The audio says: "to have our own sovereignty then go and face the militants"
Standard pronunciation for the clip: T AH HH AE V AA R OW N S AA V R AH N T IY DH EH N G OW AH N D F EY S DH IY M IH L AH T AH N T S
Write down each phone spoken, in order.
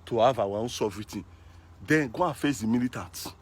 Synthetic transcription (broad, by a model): T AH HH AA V AA W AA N S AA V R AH T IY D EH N G OW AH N F EY S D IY M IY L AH T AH N T